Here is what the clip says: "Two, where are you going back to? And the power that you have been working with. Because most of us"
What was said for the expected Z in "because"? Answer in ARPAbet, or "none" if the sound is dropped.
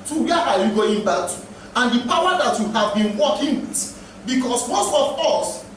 S